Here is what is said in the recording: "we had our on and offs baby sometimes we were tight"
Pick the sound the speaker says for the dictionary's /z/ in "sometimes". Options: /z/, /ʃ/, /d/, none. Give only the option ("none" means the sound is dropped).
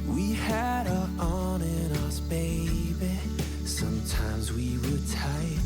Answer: /z/